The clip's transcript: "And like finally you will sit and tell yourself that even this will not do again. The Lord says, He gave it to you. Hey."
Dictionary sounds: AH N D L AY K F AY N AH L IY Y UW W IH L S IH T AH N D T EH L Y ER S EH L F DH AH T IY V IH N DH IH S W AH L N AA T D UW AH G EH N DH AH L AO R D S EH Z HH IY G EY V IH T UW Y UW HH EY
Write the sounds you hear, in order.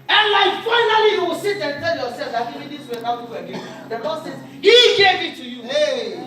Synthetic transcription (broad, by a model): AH N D L AY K F AY N AH L IY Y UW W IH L S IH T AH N T EH L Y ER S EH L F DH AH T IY IH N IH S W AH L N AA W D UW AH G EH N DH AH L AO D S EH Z HH IY G EY V IH T UW Y UW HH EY